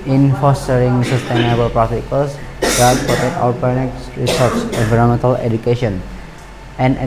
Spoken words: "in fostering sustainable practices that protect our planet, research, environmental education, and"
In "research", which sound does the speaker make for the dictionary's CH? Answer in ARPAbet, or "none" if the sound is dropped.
S